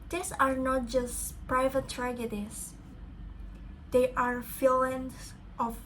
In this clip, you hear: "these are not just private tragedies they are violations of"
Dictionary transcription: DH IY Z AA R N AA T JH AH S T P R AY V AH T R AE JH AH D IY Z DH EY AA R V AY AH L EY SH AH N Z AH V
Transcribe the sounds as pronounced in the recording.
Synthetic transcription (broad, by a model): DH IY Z AA R N AA T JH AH S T P R AY V AH T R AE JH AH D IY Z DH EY AA R F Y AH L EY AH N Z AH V